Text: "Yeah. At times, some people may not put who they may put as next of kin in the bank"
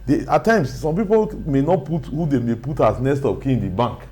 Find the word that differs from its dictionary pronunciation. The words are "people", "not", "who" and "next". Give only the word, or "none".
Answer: next